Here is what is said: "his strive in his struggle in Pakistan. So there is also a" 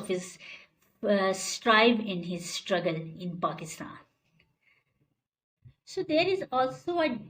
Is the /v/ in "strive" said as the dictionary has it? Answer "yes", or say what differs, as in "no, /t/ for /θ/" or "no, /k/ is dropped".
no, /b/ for /v/